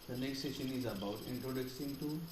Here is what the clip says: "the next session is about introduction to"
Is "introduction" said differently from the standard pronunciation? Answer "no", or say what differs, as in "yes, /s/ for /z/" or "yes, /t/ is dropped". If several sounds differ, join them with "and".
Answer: yes, /s/ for /ʃ/